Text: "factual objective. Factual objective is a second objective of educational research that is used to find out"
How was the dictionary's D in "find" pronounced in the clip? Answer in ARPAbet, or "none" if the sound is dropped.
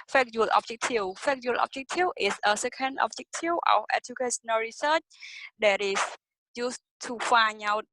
none